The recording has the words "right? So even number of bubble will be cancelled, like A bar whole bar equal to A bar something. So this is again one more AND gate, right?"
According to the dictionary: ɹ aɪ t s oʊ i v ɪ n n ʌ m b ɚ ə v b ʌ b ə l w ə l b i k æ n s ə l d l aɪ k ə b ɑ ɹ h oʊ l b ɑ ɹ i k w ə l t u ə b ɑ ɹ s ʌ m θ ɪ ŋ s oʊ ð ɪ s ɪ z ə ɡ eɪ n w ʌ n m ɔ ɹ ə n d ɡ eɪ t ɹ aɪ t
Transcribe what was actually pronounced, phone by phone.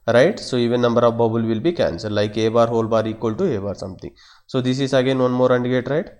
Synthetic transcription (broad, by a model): ɹ aɪ t s oʊ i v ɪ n n ʌ m b ɚ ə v b ʌ b ə l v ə l b i k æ n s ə d l aɪ k ə b ɑ ɹ h oʊ l b ɑ ɹ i k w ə l t u ə b ɑ ɹ s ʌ m t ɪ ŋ s oʊ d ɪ s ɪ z ə ɡ eɪ n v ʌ n m ɔ ɹ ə n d ɡ eɪ t ɹ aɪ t